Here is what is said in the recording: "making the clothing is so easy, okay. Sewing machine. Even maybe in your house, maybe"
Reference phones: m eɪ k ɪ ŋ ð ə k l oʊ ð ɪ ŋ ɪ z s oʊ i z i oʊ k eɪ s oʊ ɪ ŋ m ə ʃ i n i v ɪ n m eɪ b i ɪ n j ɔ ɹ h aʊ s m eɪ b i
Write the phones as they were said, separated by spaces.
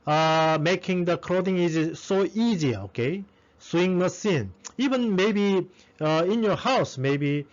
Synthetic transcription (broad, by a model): m eɪ k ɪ ŋ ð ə k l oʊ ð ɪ ŋ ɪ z s oʊ i z i oʊ k eɪ s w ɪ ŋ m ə s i n i v ɪ n m eɪ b i ɪ n j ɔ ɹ h aʊ s m eɪ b i